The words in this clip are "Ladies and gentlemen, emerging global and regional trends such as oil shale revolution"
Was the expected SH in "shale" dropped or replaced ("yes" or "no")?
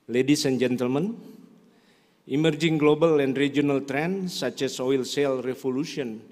yes